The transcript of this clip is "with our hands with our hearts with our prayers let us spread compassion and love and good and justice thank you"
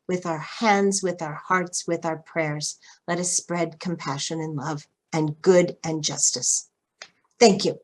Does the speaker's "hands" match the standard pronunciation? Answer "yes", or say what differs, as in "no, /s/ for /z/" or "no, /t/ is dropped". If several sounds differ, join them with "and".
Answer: yes